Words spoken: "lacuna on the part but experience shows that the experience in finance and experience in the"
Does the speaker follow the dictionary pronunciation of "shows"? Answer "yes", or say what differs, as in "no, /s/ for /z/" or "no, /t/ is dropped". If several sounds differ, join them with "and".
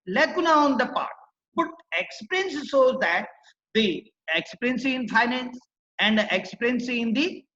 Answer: no, /s/ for /ʃ/